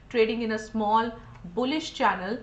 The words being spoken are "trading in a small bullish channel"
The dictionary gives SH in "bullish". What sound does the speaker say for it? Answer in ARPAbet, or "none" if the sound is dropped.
SH